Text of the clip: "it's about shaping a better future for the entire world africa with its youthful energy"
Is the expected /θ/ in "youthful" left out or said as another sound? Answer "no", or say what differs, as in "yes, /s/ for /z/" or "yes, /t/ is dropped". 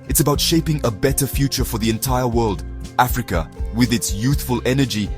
no